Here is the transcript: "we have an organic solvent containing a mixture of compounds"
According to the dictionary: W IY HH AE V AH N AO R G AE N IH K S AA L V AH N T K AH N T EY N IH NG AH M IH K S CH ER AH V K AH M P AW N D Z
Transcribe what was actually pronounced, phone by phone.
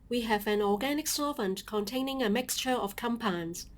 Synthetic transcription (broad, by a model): W IY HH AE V AH N AO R G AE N IH K S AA V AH N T K AH N T EY N IH NG AH M IH K S CH ER AH V K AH M P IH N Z